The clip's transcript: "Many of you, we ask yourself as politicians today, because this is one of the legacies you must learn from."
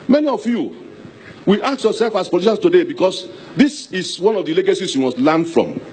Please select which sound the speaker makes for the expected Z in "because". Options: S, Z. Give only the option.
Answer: S